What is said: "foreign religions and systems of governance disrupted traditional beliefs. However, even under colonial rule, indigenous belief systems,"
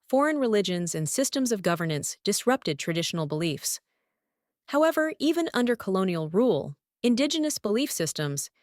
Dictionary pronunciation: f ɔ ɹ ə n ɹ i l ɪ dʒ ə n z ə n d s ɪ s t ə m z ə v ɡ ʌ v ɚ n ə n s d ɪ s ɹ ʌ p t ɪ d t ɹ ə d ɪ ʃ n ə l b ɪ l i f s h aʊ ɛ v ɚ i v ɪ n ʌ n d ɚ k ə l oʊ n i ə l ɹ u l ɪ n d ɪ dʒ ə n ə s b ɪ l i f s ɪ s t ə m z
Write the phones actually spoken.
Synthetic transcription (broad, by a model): f ɔ ɹ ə n ɹ i l ɪ dʒ ə n z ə n s ɪ s t ə m z ə v ɡ ʌ v ɚ n ə n s d ɪ s ɹ ʌ p t ɪ d t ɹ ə d ɪ ʃ n l b ɪ l i f s h aʊ ɛ v ɚ i v ɪ n ʌ n d ɚ k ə l oʊ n i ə l ɹ u l ɪ n d ɪ dʒ ə n ə s b ɪ l i f s ɪ s t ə m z